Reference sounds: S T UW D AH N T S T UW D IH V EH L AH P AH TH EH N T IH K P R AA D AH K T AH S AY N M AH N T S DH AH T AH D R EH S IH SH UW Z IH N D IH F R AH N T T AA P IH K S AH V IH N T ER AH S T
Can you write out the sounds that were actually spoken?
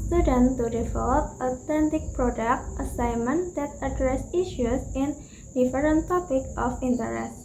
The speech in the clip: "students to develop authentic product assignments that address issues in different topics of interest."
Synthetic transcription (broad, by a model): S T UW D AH N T T UW D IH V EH L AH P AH T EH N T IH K P R AA D AH K T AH S AY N M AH N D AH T AH D R EH S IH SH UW S IH N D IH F R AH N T T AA P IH K AH F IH N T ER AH S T